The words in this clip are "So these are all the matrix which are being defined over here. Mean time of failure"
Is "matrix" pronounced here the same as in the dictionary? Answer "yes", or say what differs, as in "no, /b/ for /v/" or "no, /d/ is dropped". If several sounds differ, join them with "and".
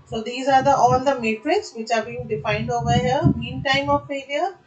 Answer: yes